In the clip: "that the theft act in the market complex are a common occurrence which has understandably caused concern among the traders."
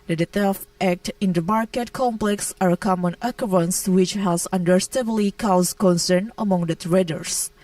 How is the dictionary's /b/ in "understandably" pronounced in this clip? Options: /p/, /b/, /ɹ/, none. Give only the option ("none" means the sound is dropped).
none